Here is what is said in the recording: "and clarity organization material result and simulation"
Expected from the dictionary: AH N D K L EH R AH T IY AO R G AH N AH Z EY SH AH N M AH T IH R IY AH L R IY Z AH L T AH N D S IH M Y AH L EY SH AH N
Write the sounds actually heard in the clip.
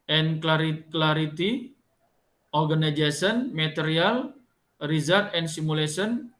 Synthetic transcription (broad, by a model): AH N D K L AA R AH T IY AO R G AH N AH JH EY S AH N M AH T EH R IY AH L R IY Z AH T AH N S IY M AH L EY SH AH N